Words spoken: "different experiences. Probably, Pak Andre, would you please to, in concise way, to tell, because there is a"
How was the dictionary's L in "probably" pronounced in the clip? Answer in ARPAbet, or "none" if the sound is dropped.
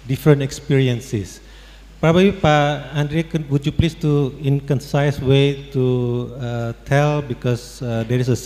none